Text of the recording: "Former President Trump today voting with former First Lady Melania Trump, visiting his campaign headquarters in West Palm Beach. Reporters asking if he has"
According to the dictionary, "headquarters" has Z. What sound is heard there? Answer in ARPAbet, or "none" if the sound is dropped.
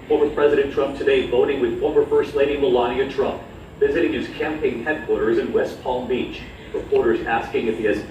Z